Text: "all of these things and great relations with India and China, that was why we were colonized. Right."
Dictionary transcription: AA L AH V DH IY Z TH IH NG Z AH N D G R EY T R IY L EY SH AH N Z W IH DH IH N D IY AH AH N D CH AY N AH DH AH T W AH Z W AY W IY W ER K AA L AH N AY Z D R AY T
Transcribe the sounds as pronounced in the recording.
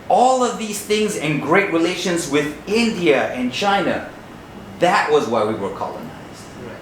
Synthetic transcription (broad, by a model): AA L AH V DH IY Z TH IH NG Z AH N G R EY T R IY L EY SH AH N Z W IH DH IH N D IY AH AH N CH AY N AH DH AH T W AH Z W AY W IY W ER K AA L AH N AY Z D